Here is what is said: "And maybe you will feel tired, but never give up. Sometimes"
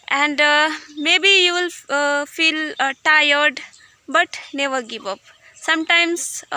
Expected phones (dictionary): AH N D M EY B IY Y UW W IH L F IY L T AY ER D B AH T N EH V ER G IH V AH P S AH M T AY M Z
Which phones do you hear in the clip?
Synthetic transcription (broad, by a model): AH N D M EY B IY Y UW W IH L F IY L T AY ER D B AH T N EH V ER G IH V AH P S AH M T AY M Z